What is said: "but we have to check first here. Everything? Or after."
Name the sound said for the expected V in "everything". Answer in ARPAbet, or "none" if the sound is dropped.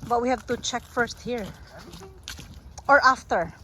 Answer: none